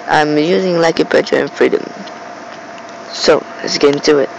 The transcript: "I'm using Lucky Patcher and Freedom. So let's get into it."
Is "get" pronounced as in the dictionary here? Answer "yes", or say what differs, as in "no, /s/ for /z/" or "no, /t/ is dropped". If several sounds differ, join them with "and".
no, /t/ is dropped